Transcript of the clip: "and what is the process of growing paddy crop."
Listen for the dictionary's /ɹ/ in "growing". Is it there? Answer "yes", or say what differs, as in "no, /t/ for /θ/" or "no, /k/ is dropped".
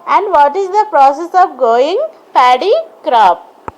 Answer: no, /ɹ/ is dropped